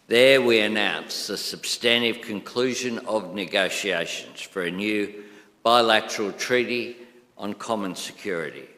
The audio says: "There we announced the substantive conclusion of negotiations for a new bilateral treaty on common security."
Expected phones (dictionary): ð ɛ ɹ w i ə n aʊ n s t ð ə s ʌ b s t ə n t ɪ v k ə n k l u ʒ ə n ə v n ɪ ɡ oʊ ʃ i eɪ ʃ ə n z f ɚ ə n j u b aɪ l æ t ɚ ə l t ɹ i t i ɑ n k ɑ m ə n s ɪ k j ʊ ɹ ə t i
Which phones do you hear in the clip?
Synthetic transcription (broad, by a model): ð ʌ ɹ w i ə n aʊ n s ð ə s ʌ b s t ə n t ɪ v k ə n k l u ʒ ə n ə v n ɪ ɡ oʊ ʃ i eɪ ʃ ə n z f ɚ ə n j u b aɪ l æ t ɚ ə l t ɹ i t i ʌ n k ɑ m ə n s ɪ k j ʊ ɹ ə t i